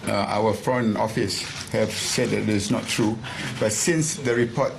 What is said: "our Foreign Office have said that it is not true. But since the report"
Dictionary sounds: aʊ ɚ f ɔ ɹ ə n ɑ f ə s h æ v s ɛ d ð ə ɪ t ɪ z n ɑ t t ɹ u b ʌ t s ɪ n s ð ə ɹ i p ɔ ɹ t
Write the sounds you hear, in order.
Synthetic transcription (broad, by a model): aʊ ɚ f ɹ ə n ɑ f ə s h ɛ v s ɛ d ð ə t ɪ s n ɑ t t ɹ u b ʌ t s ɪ n s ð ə ɹ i p ɔ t